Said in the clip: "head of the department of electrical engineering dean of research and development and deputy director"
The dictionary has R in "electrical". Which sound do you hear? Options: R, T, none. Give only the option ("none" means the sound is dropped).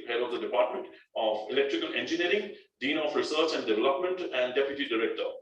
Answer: R